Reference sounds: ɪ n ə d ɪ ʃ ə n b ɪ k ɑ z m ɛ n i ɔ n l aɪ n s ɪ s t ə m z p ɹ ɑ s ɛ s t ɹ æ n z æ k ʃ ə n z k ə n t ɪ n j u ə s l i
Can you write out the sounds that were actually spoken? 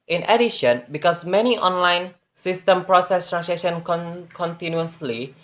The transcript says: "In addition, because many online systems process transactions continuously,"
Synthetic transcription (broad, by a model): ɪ n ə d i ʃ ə n b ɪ k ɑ s m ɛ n i ɔ n l aɪ n s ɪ s t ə m p ɹ ɑ s ɛ s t ɹ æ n s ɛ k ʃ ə n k k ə n t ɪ n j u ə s l i